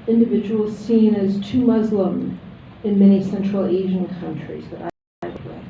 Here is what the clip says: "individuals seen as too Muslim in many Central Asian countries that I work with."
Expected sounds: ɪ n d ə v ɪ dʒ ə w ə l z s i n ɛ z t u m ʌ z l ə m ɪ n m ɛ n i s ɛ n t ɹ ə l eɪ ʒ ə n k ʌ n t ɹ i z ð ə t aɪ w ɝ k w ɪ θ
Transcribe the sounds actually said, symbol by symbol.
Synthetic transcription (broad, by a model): ɪ n d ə v ɪ dʒ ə w l s i n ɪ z t u m ʌ z l ə m ɪ n m ɛ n i s ɛ n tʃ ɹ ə l eɪ ʒ ə n k ʌ n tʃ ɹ i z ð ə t aɪ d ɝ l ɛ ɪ